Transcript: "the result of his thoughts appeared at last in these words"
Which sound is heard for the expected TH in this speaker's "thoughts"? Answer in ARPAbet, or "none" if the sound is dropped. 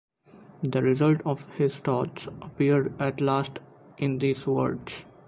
T